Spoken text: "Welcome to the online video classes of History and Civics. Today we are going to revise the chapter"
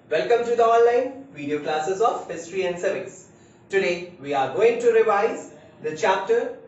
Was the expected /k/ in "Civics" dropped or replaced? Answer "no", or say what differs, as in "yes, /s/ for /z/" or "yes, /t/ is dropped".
yes, /k/ is dropped